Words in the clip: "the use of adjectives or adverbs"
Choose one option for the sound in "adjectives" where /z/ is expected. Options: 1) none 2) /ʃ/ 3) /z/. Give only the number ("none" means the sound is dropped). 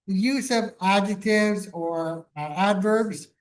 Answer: 3